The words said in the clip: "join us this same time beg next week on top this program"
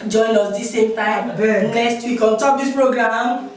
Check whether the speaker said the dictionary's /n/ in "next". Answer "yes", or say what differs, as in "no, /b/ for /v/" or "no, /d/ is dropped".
no, /l/ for /n/